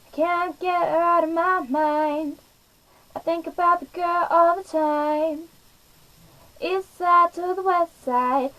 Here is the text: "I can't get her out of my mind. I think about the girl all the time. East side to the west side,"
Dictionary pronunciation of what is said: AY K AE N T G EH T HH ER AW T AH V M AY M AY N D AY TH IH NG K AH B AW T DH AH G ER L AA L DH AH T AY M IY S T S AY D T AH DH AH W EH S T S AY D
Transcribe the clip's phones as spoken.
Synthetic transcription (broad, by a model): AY K AE N G EH T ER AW T AH V M AY M AY N D AY TH IH NG K AH B AW T DH AH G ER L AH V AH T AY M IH T S AY D T AH DH AH W EH S T S AY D